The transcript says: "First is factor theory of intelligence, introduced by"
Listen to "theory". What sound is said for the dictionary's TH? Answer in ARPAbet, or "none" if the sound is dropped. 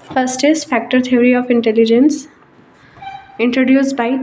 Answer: T